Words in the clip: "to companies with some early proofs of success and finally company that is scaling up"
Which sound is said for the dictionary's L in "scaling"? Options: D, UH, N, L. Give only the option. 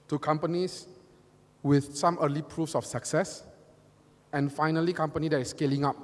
L